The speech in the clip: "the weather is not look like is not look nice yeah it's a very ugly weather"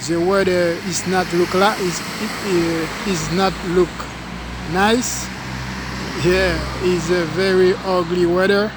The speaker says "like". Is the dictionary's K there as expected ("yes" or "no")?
no